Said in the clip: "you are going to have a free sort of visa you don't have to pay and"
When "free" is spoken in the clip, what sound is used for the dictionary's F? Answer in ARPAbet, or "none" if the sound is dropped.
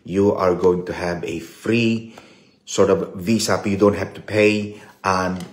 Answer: F